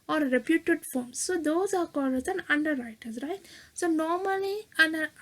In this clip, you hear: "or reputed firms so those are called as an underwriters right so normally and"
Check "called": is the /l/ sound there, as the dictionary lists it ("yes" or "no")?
no